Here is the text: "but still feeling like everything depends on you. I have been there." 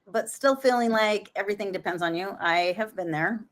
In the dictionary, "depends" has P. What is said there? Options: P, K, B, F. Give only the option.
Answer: P